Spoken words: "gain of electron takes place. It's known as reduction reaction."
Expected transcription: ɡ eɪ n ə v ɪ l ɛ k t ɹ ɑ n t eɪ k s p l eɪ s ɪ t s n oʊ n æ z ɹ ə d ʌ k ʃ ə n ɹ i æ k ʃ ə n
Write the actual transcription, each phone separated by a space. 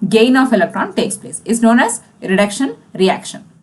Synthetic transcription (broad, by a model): ɡ eɪ n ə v ɪ l ɛ k t ɹ ɑ n t eɪ k s p l eɪ s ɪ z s n oʊ n æ z ɹ ə d ʌ k ʃ ə n ɹ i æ k ʃ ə n